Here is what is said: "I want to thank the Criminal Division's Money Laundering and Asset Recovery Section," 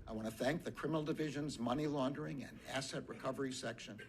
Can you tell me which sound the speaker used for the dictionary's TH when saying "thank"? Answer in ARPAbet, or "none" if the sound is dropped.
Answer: TH